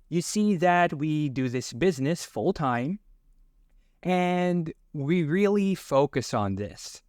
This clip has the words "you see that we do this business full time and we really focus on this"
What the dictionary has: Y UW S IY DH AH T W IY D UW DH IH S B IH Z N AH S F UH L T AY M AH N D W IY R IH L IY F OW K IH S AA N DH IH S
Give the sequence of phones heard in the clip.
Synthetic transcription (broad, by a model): Y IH S IY DH AH T W IY D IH DH IH S B IH Z N AH S F UH L T AY M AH N W IY R IH L IY F OW K IH S N DH IH S